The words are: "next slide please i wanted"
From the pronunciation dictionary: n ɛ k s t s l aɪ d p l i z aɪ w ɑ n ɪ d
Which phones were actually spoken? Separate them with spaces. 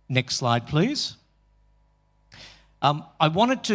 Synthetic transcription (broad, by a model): n ɛ k s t s l aɪ d p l i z aɪ w ɑ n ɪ d